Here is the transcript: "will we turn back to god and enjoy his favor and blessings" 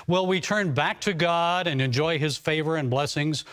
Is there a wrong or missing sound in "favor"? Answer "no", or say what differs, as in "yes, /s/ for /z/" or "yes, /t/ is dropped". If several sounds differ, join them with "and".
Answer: no